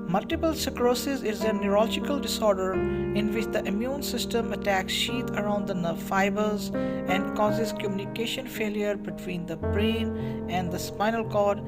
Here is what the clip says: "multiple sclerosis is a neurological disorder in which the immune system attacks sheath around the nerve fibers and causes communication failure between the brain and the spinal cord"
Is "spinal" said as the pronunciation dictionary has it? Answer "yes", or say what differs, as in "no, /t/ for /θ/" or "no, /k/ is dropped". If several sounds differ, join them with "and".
yes